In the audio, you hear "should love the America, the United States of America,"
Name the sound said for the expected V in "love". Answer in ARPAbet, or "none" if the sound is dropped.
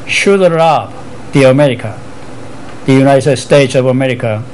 B